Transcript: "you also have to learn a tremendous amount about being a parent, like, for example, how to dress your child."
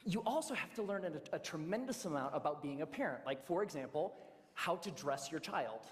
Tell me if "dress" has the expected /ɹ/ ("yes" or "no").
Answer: yes